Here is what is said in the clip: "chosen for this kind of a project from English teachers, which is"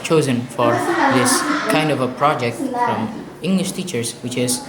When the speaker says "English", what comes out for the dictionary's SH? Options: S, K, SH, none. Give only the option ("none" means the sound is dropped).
SH